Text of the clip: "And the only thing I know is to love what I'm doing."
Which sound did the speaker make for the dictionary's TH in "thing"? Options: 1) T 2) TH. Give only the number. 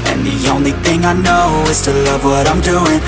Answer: 2